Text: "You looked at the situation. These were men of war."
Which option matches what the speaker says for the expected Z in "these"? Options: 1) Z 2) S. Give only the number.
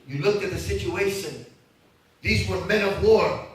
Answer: 1